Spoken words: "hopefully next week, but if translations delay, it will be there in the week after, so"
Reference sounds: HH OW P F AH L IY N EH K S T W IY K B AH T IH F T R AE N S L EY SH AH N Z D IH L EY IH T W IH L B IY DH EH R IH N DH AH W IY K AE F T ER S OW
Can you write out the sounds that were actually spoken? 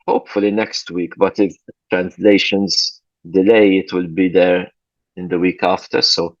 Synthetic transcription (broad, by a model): HH OW P F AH L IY N EH K S T W IY K B AH T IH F T R AE N S L EY SH AH N Z D IH L EY IH T W IH L B IY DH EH R IH N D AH W IY K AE F T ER S OW